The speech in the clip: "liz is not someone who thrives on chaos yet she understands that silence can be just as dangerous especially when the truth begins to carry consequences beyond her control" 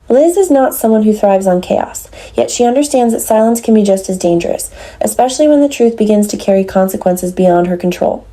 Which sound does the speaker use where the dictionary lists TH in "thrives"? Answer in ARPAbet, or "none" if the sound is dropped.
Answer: TH